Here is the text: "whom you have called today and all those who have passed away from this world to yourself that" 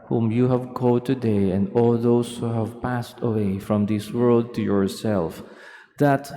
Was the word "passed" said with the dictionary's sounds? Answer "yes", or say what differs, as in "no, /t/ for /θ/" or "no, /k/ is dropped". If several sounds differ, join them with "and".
yes